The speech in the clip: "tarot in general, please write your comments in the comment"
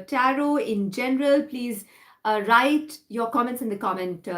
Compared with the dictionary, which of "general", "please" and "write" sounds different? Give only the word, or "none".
none